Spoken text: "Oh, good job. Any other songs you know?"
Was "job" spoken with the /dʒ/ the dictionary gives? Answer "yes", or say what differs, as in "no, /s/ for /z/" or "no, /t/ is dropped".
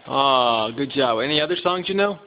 yes